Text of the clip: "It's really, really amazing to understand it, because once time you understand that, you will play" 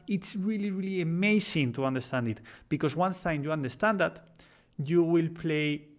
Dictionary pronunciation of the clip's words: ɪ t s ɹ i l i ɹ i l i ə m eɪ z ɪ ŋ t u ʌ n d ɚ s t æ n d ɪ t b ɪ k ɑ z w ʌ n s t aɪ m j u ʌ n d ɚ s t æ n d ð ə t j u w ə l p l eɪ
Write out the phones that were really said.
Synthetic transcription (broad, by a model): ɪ t s ɹ i l i ɹ i l i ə m eɪ s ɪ ŋ t u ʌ n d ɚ s t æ n d ɪ t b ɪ k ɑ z w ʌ n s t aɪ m j u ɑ n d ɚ s t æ n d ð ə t j u w ə l p l eɪ